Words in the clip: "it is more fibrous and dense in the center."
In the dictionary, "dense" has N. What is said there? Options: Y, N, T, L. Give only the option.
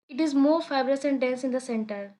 L